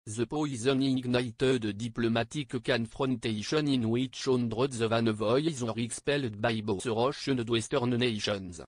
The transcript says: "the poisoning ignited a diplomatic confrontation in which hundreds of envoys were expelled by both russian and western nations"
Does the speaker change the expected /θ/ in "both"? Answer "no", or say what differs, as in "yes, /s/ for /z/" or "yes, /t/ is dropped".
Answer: yes, /s/ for /θ/